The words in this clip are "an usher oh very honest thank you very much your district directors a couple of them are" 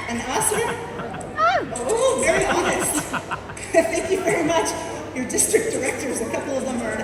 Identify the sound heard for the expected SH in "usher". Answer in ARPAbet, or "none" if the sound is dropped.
S